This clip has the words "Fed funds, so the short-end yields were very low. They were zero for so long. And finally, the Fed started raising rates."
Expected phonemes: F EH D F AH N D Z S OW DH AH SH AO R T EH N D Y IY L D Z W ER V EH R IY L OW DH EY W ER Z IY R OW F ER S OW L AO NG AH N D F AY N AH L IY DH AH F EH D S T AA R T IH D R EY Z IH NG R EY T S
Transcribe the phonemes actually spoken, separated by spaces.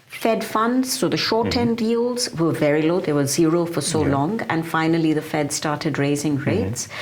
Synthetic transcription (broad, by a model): F EH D F AH N D Z S OW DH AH SH AO R T EH N D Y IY L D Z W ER V EH R IY L OW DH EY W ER Z IY R OW F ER S OW L AO NG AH N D F AY N AH L IY DH AH F EH D S T AA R T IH D R EY Z IH NG R EY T S